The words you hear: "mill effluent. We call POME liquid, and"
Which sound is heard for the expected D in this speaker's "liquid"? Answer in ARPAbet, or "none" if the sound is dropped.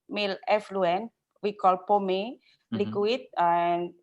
none